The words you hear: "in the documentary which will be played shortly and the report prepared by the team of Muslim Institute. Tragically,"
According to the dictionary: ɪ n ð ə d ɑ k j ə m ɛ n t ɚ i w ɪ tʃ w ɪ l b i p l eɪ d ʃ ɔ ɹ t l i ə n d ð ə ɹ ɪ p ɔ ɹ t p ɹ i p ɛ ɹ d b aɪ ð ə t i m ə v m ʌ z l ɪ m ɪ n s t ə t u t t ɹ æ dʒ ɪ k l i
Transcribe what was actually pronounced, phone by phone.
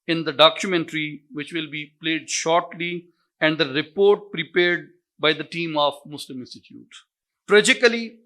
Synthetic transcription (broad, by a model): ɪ n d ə d ɑ k j ə m ɛ n t ɚ i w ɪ tʃ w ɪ l b i p l eɪ d ʃ ɔ ɹ t l i ə n d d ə ɹ ɪ p ɔ ɹ t p ɹ i p ɛ ɹ d b aɪ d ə t i m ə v m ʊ s l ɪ m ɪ n s t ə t u t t ɹ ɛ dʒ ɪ k l i